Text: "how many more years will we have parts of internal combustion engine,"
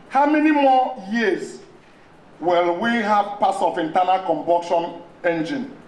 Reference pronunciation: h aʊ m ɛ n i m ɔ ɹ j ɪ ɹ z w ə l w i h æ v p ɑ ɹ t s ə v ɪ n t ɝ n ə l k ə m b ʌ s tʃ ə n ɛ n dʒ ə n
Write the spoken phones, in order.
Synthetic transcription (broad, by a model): h aʊ m ɛ n i m ɔ j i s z w ə l w i h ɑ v p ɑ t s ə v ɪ n t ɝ n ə l k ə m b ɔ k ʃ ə n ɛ n dʒ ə n